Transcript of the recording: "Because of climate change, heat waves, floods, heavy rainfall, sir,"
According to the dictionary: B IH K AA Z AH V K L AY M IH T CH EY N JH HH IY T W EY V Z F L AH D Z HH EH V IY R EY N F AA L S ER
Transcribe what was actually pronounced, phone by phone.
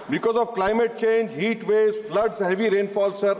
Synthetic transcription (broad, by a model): B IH K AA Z AH V K L AY M IH T CH EY N JH HH IY T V EY Z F L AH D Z HH EH V IY R EY N F AA L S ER